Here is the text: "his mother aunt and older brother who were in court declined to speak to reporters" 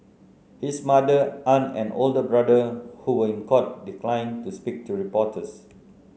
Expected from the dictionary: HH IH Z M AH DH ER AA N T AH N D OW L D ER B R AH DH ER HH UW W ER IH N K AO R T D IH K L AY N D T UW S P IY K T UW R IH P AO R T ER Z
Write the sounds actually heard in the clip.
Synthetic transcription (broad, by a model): HH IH S M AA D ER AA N AH N OW L D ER B R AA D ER HH UW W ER IH N K AO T D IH K L AY N T UW S P IY K T UW R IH P AO T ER S